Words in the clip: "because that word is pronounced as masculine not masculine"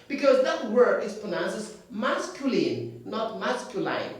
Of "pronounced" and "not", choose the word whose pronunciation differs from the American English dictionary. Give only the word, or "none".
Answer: pronounced